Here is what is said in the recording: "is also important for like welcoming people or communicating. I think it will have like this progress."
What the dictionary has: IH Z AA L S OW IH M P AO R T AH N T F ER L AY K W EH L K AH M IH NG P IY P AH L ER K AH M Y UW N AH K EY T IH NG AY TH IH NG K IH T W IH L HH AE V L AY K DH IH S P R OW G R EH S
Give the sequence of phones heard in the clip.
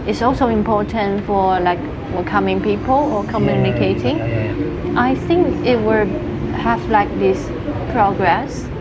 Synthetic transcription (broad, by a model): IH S AA L S OW IH M P AO R T AH N T F ER L AY K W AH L K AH M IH NG P IY P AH L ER K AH M Y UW N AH K EY T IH NG AY TH IH NG K IH T W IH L HH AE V L AY K DH IH S P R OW G R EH S